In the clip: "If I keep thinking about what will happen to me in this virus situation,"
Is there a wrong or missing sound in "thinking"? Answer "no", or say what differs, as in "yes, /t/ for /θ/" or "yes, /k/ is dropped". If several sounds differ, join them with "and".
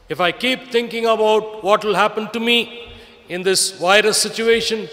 yes, /t/ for /θ/